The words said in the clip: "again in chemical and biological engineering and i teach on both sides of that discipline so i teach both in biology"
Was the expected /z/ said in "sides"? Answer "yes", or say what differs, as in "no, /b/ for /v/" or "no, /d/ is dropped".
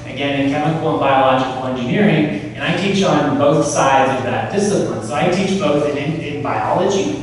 yes